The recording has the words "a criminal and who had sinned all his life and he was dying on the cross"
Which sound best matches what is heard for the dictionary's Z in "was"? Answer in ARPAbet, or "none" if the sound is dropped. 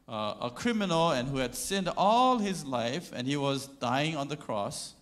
Z